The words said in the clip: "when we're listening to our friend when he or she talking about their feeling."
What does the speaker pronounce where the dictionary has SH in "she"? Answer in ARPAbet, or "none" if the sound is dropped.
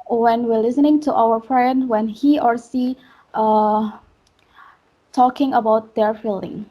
S